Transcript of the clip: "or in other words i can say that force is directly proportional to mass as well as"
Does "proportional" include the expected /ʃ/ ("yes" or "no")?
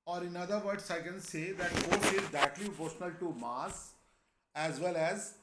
no